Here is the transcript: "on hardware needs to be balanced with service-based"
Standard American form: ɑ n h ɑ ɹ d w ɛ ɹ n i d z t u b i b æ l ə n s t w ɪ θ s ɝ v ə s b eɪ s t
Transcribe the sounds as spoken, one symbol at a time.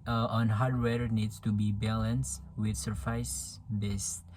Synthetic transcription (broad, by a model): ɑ n h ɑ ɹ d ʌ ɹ n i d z t u b i b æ l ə n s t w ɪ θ s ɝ f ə s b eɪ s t